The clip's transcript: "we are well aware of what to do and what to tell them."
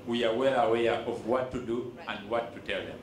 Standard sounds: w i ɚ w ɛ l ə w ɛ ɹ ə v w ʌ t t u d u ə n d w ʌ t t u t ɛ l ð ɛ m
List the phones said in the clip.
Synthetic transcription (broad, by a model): w i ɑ w ɛ l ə w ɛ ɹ ə v w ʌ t t u d u ə n d w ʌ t t u t ɛ l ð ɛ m